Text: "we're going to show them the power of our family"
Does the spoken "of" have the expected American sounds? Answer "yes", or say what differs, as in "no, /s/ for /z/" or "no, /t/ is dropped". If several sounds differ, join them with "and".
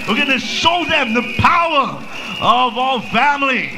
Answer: yes